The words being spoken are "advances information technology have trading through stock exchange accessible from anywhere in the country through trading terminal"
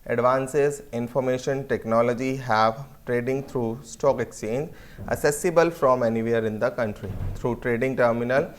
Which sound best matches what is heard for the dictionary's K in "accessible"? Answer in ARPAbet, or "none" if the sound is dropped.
none